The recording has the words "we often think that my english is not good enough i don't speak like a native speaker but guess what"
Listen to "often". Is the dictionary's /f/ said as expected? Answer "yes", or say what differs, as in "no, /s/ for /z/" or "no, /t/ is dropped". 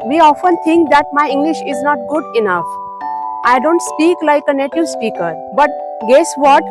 yes